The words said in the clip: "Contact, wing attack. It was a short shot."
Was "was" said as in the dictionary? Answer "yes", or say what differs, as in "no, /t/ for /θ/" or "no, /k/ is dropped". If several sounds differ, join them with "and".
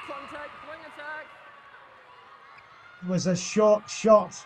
yes